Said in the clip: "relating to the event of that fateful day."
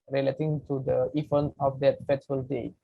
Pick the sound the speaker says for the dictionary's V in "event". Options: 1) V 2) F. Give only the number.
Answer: 2